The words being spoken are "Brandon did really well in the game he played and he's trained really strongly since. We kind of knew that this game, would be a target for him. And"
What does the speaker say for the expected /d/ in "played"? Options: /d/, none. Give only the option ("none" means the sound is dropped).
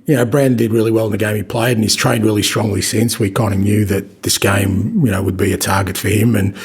none